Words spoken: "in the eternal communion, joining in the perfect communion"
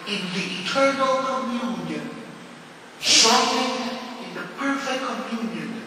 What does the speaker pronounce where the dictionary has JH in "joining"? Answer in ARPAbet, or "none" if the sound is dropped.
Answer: SH